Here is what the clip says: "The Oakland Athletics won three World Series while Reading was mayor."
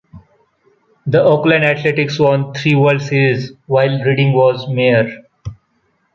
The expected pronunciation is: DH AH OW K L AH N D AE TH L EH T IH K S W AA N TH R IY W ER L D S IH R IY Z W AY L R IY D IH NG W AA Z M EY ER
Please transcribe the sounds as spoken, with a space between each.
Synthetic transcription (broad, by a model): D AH OW K L AH N D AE T L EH T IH K S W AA N T R IY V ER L D S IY R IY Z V AY L R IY D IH NG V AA Z M EY ER